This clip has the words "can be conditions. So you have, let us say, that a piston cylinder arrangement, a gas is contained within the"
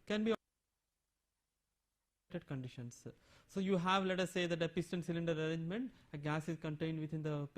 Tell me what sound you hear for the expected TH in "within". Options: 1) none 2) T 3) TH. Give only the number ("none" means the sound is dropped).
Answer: 2